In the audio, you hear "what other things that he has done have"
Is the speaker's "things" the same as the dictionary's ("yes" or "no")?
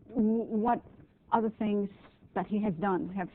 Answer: yes